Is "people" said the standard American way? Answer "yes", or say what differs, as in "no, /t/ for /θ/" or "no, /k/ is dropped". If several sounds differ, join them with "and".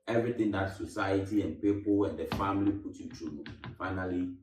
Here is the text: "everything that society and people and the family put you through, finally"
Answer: no, /w/ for /l/